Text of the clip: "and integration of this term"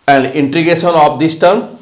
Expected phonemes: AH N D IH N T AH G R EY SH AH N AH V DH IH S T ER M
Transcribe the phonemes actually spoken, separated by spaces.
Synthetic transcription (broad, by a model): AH N D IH N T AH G EY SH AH N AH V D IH S T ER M